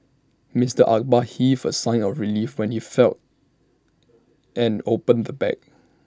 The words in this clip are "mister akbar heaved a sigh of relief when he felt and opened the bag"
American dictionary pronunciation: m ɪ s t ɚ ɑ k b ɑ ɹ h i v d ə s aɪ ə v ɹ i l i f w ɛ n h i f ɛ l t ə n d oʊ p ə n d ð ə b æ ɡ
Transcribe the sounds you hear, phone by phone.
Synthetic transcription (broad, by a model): m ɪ s t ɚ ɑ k b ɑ h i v ə s aɪ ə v ɹ i l i f w ɛ n h i f ɛ l t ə n oʊ p ə n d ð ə b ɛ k